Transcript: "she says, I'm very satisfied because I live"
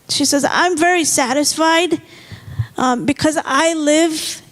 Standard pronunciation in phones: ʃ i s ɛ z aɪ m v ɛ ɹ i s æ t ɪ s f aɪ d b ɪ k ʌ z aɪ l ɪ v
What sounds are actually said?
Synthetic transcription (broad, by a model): ʃ i s ɛ z aɪ m v ɛ ɹ i s æ t ɪ s f aɪ d b ɪ k ʌ z aɪ l ɪ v